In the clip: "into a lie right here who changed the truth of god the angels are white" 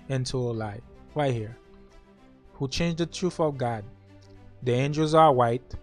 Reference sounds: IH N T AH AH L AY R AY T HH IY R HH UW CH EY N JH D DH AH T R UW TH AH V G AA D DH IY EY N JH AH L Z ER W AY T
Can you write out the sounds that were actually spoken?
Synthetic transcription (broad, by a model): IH N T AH AH L AY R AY HH IY R HH UW CH EY N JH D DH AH T R UW TH AH V G AA D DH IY EY N JH AH L Z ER W AY T